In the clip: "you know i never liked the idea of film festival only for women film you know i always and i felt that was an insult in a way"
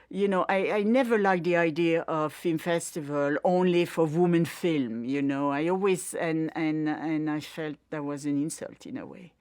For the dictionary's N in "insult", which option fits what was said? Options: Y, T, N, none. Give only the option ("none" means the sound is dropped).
N